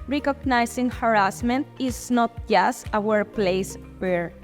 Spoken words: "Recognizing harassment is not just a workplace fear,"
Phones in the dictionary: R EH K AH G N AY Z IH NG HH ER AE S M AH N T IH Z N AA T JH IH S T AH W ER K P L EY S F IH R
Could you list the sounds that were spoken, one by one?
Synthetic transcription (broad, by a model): R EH K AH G N AY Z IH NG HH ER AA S M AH N T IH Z N AA T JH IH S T AH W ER P L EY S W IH R